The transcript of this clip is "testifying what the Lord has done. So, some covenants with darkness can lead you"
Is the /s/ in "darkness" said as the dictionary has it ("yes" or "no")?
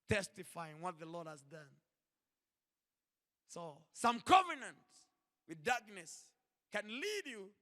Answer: yes